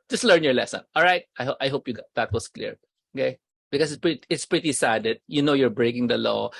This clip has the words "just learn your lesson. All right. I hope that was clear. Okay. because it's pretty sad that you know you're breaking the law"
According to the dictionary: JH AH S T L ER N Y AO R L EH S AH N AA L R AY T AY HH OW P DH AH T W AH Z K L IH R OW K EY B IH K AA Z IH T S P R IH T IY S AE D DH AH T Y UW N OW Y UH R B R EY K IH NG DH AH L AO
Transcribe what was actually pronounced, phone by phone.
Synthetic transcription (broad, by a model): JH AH S T L ER N Y AO R L EH S AH N AA L R AY T AY HH OW P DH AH T W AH S K L IH R OW K EY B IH K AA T IH T S P R IH T IY S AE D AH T Y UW N OW Y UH R B R EY K IH NG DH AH L AO